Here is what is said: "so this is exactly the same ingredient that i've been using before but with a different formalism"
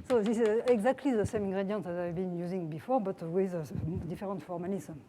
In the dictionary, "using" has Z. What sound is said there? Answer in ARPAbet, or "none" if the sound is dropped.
Z